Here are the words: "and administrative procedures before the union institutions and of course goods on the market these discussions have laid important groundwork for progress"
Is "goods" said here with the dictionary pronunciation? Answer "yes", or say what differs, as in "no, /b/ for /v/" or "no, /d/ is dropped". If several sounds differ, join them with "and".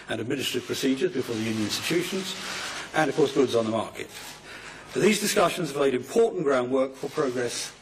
yes